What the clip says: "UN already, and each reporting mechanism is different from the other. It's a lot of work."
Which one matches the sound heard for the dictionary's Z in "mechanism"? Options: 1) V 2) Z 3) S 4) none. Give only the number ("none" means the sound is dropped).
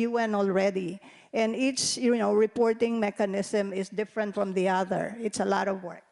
3